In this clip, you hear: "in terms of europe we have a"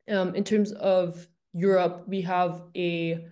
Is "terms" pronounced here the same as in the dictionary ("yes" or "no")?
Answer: yes